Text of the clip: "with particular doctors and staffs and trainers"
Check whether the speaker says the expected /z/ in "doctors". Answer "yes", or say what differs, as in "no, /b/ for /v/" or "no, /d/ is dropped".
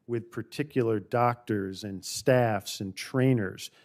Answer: yes